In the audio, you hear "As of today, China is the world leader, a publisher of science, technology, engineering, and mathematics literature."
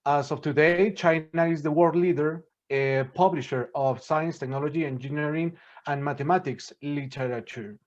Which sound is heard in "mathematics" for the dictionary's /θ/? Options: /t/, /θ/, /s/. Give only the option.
/t/